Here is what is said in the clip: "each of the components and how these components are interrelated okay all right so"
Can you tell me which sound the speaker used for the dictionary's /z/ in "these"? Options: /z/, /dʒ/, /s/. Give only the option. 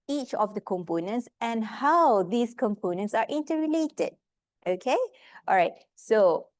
/s/